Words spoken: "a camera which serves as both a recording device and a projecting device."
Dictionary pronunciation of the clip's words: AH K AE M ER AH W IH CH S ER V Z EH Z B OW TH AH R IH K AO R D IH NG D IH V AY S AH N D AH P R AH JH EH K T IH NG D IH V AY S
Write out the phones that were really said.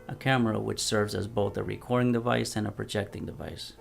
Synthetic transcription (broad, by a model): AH K AE M ER AH W IH CH S ER V Z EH Z B OW TH AH R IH K AO R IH NG D IH V AY S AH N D AH P R AH JH EH K T IH NG D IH V AY S